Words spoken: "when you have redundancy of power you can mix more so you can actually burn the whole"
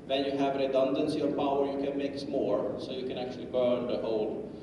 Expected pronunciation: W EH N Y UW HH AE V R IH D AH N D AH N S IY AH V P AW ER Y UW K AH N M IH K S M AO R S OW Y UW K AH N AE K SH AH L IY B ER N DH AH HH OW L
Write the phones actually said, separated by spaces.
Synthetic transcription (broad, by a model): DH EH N Y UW HH AE V R IH D AH N D AH N S IY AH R P AW ER Y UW K AH N M IH K S M AO R S OW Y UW K AH N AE K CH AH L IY B ER N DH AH HH OW L